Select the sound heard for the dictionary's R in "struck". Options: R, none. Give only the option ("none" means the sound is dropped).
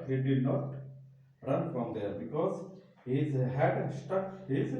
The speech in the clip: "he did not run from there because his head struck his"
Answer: none